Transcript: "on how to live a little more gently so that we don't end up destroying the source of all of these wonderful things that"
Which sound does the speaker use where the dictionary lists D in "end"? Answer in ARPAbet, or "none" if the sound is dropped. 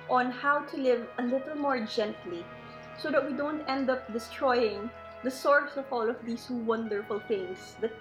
D